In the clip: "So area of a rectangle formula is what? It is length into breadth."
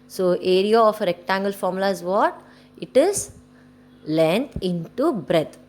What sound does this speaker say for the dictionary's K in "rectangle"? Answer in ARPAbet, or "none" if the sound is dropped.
K